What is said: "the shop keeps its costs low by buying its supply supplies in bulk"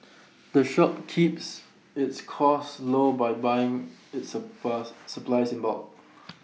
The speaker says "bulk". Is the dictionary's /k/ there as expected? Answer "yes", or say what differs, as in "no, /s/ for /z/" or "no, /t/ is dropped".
no, /k/ is dropped